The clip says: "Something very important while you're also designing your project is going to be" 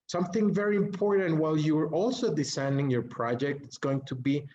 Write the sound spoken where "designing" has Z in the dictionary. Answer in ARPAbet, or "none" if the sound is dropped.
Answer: S